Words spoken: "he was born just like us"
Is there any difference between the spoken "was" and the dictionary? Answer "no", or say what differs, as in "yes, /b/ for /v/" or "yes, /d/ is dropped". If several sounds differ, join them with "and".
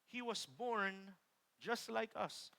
yes, /s/ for /z/